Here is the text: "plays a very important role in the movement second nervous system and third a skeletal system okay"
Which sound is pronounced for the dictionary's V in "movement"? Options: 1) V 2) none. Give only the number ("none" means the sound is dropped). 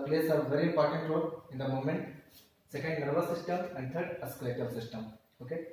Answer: 2